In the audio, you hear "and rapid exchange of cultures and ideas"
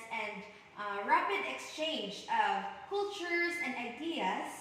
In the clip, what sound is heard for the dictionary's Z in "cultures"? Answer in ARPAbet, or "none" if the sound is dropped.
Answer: Z